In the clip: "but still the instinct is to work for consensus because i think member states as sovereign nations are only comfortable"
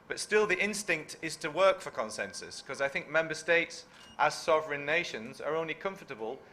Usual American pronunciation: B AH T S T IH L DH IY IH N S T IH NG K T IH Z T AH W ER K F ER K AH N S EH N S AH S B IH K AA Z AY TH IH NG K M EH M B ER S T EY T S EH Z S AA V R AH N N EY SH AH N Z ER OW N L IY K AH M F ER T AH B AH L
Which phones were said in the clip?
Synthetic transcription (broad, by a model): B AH T S T IH L DH IY IH N S T IH NG K T IH Z T AH W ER K F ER K AH N S EH N S AH S K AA Z AY TH IH NG K M EH M B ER S T EY T S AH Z S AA V R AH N N EY SH AH N Z ER OW N L IY K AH M F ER T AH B AH L